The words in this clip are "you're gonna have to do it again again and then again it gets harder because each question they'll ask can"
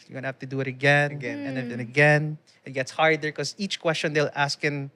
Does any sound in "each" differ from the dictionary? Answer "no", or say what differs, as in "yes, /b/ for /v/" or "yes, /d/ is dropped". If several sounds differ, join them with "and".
no